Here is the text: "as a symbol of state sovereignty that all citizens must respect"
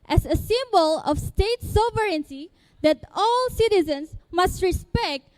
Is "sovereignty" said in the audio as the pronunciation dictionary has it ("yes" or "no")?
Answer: no